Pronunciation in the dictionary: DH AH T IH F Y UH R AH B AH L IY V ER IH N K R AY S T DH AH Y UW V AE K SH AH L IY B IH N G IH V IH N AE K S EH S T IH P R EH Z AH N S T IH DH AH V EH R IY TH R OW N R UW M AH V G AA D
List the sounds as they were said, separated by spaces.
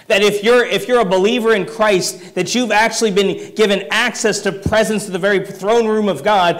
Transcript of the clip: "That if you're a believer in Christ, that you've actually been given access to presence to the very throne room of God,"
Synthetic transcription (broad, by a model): DH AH T IH F Y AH R AH B AH L IY V ER IH N K R AY S T DH AH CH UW V AE K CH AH L IY B IH N G IH V IH N AE K S EH S T IH P R EH Z AH N S T IH DH AH V EH R IY TH R OW N R UW M AH V G AA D